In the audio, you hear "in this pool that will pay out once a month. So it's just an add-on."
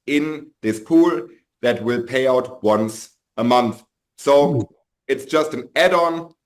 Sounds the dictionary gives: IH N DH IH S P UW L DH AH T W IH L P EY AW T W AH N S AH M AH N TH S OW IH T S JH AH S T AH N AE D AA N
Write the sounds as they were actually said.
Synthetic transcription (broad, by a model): IH N DH IH S P UW L DH AH T W IH L P EY AW T W AH N S AH M AH N TH S OW IH T S JH AH S T AH N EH D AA N